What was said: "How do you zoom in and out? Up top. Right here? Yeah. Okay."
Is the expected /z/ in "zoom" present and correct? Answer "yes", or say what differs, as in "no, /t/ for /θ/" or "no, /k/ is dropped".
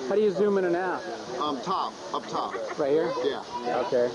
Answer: yes